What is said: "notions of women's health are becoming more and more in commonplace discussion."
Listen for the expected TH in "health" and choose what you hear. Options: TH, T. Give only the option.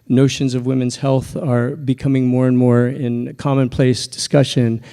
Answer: TH